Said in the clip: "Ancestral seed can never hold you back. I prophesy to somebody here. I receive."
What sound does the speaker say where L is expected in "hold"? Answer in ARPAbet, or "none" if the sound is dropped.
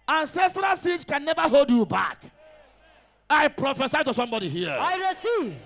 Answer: L